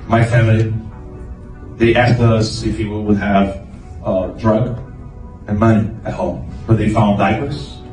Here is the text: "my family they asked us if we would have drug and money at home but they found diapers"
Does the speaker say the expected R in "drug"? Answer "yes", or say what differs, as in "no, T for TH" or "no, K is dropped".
yes